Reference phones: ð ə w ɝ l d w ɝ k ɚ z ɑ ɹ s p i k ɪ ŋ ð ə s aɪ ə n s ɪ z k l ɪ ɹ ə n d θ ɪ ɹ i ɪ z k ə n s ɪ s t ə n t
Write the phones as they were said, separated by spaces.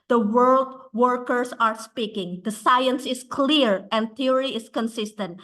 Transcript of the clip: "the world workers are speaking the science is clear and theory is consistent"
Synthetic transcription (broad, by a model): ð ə w ɝ l d w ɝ k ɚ s ɑ ɹ s p i k ɪ ŋ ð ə s aɪ ə n s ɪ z k l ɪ ɹ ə n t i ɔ ɹ i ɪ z k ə n s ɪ s t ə n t